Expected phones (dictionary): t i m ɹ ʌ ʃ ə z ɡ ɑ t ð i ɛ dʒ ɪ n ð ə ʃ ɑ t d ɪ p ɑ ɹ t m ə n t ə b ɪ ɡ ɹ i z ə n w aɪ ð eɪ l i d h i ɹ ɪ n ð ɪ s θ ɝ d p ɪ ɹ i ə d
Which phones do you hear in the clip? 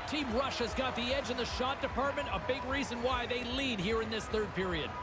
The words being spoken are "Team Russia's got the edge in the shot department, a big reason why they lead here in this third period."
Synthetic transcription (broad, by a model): t i m ɹ ʌ ʃ ə z ɡ ɑ t ð i ɛ dʒ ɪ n ð ə ʃ ɑ t d ɪ p ɑ ɹ t m ə n t ə b ɪ ɡ ɹ i z ə n w aɪ ð eɪ l i d h i ɹ ɪ n ð ɪ s θ ɝ d p ɪ ɹ i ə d